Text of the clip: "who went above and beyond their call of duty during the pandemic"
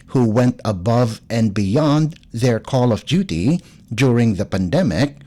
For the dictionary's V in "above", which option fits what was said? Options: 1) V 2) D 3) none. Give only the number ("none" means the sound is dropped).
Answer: 1